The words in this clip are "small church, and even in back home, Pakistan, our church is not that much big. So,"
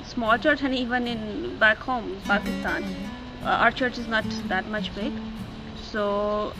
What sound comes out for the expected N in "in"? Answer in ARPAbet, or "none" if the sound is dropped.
N